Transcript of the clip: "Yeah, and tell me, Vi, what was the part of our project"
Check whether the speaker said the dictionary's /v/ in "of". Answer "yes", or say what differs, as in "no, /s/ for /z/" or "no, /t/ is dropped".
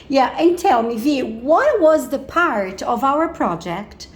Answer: yes